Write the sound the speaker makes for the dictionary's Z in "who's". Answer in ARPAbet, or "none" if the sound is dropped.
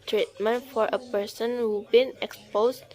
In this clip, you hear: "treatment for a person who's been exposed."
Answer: none